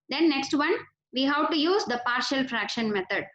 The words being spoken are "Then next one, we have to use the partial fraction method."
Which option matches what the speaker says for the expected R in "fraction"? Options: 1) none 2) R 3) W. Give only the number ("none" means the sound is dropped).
2